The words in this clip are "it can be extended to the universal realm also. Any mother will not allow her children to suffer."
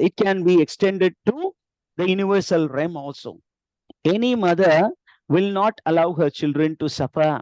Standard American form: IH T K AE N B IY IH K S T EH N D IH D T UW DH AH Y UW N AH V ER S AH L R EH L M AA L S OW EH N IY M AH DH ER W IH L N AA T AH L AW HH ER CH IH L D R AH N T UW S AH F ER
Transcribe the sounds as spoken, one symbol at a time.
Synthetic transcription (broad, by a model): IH T K AE N B IY IH K S T EH N D IH D T UW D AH Y UW N AH V ER S AH L R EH M AA L S OW EH N IY M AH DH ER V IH L N AA T AH L AW HH ER CH IH L D R AH N T UW S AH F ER